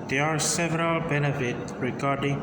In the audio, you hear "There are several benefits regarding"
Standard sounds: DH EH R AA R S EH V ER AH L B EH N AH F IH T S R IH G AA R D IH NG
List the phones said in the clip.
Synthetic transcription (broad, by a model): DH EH AA R S EH V ER AH L B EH N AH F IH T R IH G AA R D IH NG